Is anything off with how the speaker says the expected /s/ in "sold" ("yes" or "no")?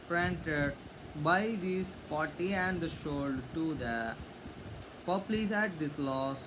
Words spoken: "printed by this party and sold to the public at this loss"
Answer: yes